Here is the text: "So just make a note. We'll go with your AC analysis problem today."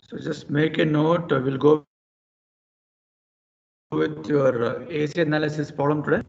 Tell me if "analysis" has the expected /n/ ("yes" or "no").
yes